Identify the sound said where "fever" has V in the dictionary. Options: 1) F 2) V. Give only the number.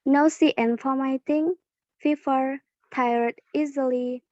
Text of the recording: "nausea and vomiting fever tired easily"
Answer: 1